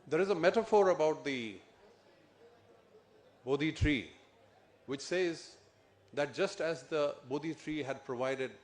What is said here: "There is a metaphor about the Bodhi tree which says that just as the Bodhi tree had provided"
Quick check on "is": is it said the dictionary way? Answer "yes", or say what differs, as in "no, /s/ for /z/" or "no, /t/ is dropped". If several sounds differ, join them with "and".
yes